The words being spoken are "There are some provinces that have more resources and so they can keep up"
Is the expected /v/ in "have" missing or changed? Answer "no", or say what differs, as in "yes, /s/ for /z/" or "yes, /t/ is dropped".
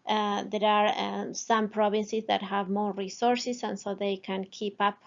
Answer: no